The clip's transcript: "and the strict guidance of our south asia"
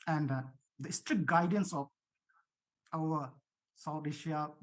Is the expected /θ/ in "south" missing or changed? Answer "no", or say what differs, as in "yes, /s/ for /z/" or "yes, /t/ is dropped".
yes, /t/ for /θ/